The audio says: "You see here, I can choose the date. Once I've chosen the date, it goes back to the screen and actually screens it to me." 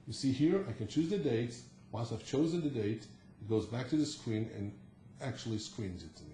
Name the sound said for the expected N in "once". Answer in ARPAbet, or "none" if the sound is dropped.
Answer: L